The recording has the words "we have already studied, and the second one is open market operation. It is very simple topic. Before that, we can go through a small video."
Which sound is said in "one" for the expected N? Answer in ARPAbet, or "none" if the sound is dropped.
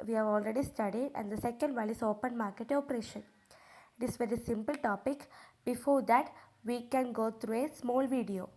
L